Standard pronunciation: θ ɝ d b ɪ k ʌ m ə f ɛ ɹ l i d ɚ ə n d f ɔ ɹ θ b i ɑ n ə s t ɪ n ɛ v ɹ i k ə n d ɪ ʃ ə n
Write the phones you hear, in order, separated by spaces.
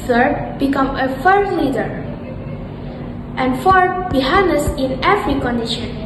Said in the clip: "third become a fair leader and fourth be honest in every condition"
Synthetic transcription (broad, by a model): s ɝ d b ɪ k ʌ m ə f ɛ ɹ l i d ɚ ə n d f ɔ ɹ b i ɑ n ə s ɪ n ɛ f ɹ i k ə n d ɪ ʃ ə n